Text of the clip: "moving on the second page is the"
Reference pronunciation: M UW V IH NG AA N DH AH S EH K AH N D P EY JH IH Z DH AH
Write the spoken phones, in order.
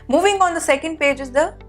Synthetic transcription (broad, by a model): M UW V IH NG AA N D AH S EH K AH N D P EY JH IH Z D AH